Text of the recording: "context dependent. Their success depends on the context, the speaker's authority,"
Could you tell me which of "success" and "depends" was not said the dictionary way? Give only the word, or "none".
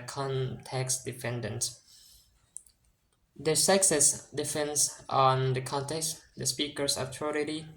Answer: depends